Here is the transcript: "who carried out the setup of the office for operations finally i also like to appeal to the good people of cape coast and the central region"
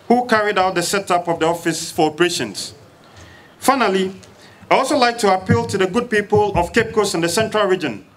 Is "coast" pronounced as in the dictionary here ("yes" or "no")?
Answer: no